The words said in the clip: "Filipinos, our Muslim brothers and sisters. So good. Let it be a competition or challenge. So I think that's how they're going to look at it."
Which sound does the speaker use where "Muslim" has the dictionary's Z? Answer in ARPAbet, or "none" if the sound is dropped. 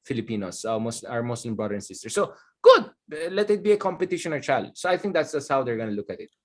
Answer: S